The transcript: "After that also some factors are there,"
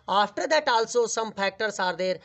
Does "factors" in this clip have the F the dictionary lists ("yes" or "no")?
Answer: no